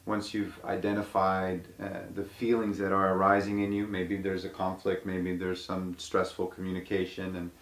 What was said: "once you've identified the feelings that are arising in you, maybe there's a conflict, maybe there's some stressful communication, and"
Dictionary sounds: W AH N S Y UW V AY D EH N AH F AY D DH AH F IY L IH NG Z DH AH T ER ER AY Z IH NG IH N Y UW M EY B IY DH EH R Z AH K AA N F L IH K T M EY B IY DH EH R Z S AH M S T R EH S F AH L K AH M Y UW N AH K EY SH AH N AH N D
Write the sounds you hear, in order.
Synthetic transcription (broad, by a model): W AH N S Y UW V AY D EH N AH F AY D DH AH F IY L IH NG Z DH AH T ER ER AY Z IH NG IH N Y UW M EY B IY DH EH R Z AH K AA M F L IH K T M EY B IY DH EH R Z S AH M S T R EH S F L K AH M Y UW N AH K EY SH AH N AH N